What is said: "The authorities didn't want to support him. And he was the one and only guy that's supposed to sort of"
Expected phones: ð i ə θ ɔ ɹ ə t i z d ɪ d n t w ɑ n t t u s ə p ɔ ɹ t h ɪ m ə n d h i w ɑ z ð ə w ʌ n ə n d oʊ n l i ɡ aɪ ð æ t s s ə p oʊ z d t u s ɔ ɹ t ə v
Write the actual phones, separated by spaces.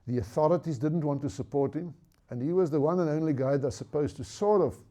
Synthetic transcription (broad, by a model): ð i ə θ ɔ ɹ ə t i z d ɪ d n t w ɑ n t t u s ə p ɔ ɹ t h ɪ m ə n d h i w ɑ z ð ə w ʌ n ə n oʊ n l i ɡ aɪ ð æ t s s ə p oʊ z t u s ɔ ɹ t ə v